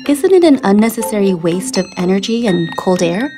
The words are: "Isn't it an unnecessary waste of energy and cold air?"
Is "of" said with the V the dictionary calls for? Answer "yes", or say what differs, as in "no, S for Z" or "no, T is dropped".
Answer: yes